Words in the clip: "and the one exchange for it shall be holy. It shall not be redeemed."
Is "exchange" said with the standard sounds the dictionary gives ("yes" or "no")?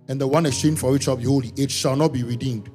no